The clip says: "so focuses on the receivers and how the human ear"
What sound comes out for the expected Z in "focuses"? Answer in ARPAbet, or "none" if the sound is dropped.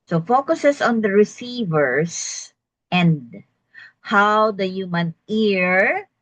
S